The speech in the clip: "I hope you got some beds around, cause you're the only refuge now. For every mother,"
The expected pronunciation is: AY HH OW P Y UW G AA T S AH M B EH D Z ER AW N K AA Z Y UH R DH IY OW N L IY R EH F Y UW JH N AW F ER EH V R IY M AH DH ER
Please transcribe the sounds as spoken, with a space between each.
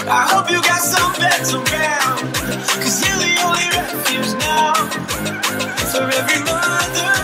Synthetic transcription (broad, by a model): AY HH OW P Y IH G AA T S AH M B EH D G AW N K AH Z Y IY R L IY OW N L IY R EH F Y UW Z N AW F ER EH V R IY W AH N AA